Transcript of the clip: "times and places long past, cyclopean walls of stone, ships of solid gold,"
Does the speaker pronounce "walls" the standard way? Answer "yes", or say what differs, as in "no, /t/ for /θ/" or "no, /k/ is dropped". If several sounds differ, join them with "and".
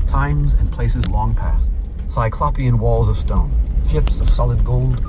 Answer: yes